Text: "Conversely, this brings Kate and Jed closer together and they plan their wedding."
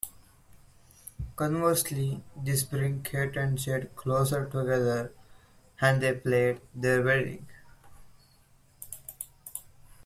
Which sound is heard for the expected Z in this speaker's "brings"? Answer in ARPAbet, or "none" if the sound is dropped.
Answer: none